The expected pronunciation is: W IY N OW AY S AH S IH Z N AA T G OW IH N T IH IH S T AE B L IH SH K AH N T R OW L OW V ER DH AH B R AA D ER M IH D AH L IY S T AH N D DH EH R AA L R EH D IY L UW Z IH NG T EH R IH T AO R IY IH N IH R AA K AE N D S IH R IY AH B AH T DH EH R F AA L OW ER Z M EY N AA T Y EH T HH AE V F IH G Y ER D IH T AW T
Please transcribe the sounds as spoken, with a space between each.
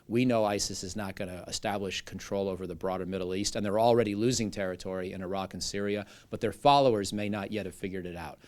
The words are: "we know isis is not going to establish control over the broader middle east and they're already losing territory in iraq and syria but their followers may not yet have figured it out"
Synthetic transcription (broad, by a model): W IY N OW AY S AH S IH Z N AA T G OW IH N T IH IH S T AE B L IH SH K N T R OW L OW V ER DH AH B R AA D ER M IH D L IY S T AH N DH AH R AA L R EH D IY L UW Z IH NG T EH R IH T AO R IY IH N IH R AA K N S IH R IY AH B AH T DH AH R F AA L OW ER Z M EY N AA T Y EH T HH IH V F IH G Y ER D IH T AW T